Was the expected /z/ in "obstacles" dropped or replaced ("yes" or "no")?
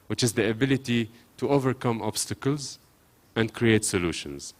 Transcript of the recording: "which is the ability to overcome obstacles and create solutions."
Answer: no